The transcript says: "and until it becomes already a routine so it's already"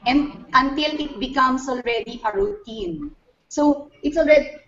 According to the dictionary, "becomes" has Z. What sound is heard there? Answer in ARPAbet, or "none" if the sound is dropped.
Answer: S